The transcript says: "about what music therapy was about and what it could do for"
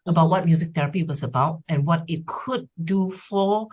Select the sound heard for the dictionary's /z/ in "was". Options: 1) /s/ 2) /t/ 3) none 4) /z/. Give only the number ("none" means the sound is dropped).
1